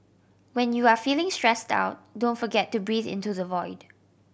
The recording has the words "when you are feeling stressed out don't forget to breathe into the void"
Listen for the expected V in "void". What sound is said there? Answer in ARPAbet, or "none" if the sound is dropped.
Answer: V